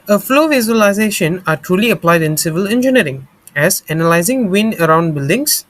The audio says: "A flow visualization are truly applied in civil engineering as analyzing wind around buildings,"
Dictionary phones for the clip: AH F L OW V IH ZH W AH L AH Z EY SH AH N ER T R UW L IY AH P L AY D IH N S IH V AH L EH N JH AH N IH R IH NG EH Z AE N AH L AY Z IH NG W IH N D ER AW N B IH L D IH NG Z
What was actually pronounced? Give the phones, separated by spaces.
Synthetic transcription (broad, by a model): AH F L OW V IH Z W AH L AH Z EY SH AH N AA T R UW L IY AH P L AY D IH N S IH V AH L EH N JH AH N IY R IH NG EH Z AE N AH L AY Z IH NG W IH N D ER AW N B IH L D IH NG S